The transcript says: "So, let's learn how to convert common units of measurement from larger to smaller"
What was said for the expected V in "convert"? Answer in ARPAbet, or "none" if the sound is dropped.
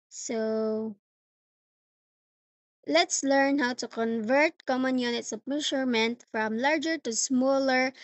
V